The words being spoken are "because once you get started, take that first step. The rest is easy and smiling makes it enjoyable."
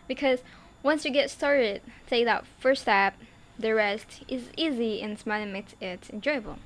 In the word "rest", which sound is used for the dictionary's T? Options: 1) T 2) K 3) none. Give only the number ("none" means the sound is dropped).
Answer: 1